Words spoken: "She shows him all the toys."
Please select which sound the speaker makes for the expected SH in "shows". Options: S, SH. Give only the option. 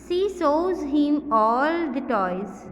S